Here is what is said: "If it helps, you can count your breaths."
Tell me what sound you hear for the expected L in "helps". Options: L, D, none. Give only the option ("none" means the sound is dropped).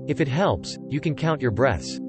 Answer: L